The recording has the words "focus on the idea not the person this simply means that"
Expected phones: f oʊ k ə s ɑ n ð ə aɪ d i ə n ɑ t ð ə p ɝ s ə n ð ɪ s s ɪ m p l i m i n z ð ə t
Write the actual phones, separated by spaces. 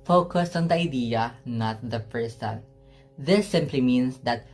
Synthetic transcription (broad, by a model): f oʊ k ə s ɑ n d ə aɪ d i ə n ɑ t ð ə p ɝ s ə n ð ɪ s s ɪ m p l i m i n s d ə t